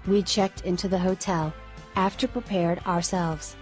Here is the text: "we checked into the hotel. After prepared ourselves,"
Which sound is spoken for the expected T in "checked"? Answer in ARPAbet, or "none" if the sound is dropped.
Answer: T